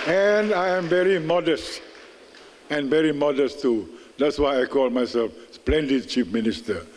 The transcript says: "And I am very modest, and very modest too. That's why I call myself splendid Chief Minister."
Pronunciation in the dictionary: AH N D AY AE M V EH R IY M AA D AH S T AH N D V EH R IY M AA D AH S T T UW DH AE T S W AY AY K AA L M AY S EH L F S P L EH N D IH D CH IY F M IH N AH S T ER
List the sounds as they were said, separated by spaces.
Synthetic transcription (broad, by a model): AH N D AY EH M V EH R IY M AA D AH S T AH N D V EH R IY M AA D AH S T T UW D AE T S W AY AY K AA L M AY S EH L F S P L EH N D IH D CH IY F M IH N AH S T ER